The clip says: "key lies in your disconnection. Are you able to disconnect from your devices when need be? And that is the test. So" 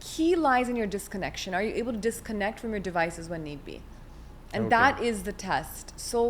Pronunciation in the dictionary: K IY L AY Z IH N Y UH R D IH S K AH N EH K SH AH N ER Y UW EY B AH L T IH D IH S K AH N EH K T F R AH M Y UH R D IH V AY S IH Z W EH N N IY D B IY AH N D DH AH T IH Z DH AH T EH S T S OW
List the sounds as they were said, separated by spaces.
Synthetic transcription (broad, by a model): K IY L AY Z IH N Y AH R D IH S K AH N EH K SH AH N ER Y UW EY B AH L T IH D IH S K AH N EH K T F R AH M Y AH R D IH V AY S IH Z W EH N N IY D B IY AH N DH AH T IH Z DH AH T EH S T S OW